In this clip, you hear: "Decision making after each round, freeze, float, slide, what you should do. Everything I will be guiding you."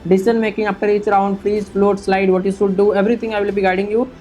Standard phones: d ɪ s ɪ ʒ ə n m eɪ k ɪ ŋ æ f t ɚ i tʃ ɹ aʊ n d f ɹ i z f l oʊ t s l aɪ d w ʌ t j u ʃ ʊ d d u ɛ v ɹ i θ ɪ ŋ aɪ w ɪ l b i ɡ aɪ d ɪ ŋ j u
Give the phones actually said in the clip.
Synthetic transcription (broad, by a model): d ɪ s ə n m eɪ k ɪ ŋ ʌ p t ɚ i tʃ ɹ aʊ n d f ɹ i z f l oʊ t s l aɪ d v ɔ t j u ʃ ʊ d d u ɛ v ɹ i t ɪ ŋ aɪ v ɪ l b i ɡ aɪ d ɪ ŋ j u